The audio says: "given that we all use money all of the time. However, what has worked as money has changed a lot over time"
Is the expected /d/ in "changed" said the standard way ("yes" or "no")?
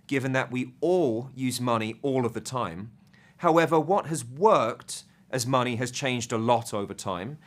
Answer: yes